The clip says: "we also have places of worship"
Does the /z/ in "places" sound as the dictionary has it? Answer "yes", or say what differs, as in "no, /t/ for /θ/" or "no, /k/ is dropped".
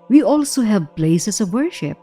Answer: no, /s/ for /z/